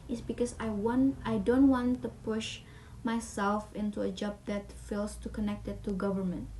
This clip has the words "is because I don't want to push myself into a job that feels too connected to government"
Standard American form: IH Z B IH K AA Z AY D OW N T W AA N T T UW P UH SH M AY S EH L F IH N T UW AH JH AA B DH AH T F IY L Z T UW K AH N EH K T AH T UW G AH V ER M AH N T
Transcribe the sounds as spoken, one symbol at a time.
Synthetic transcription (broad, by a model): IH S B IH K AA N AY D OW N T W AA N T T UW P UH SH M AY S EH L F IH N T UW AH JH AA B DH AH T F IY L S T UW K AH N EH K T AH T UW G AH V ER M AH N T